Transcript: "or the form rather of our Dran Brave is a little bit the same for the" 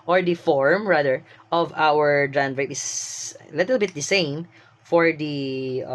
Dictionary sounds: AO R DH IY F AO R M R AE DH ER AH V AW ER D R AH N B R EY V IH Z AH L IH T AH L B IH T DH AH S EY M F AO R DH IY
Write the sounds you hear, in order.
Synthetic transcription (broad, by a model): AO R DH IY F AO R M R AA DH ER AH V AW ER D R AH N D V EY IH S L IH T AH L B IH T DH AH S EY M F AO R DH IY